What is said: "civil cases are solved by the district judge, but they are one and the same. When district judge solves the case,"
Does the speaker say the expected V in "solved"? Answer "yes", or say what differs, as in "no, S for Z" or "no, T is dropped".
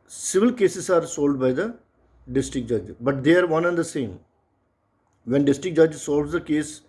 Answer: no, V is dropped